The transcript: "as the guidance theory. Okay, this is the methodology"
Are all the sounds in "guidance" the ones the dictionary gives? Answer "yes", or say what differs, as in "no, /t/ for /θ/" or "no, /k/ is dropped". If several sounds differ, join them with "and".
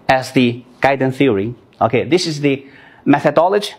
no, /s/ is dropped